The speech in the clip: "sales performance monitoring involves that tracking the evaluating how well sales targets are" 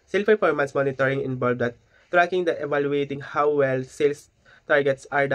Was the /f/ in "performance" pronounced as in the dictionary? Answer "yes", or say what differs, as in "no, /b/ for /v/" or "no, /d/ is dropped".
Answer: no, /p/ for /f/